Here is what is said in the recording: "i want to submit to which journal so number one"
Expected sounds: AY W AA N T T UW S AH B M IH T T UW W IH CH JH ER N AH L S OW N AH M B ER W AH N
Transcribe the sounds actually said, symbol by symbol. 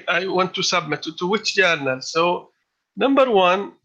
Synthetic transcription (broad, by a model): AY W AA N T T UW S AH B M IH T T UW W IH CH JH ER N AH L S OW N AH M B ER W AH N